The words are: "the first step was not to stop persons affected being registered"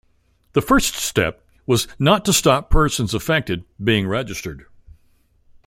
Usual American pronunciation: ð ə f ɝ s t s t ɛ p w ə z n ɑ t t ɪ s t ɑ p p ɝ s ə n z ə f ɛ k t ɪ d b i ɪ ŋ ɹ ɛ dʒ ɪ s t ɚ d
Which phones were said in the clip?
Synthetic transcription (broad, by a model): ð ə f ɝ s t s t ɛ p w ə z n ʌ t t ɪ s t ɑ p p ɝ s ə n z ə f ɛ k t ɪ d b i ɪ ŋ ɹ ɛ dʒ ɪ s t ɚ d